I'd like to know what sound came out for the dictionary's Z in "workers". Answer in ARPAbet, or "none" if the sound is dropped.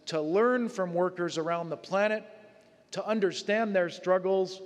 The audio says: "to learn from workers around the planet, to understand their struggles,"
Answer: Z